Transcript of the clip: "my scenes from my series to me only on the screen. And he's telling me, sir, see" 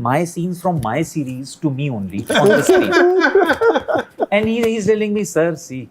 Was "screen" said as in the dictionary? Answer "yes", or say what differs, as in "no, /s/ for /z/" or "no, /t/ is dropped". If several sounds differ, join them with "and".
no, /n/ is dropped